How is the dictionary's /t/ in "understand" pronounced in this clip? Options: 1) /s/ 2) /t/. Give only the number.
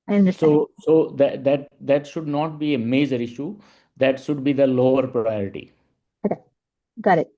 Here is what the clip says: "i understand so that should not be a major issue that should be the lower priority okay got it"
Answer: 1